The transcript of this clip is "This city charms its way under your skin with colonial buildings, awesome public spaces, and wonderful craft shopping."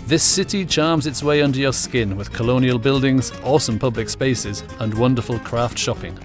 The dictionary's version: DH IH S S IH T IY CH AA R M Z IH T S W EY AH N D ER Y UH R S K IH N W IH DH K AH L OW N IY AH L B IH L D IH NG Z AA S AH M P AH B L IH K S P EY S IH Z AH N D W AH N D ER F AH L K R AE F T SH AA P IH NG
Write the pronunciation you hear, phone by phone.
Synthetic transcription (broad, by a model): DH IH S S IH T IY CH AA R M Z IH T S W EY AH N D ER Y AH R S K IH N W IH DH K AH L OW N IY AH L B IH L D IH NG Z AA S AH M P AH B L IH K S P EY S IH Z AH N W AH N D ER F AH L K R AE F T SH AA P IH NG